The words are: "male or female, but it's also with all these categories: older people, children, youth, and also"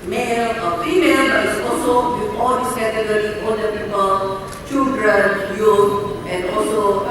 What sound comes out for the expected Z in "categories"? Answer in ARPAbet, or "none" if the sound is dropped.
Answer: none